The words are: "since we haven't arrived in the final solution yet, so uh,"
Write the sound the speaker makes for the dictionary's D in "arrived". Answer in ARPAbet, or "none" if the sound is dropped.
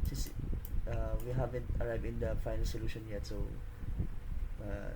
none